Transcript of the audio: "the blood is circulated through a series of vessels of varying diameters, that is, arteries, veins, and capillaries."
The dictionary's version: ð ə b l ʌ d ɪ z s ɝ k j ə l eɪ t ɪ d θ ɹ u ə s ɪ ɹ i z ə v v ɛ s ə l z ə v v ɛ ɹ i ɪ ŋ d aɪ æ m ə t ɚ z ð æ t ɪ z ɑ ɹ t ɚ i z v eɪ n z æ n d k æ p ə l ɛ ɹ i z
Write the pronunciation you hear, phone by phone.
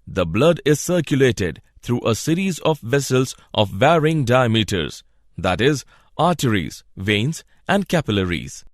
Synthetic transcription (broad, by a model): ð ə b l ʌ d ɪ z s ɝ k j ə l eɪ t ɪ d t ɹ u ə s ɪ ɹ i z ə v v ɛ s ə l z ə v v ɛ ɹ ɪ ŋ d aɪ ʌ m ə t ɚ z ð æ t ɪ z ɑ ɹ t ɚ i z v eɪ n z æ n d k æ p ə l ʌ ɹ i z